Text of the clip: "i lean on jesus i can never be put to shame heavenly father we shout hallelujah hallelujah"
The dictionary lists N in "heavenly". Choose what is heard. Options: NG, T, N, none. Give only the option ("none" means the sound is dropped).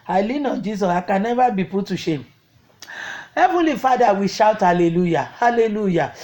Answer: none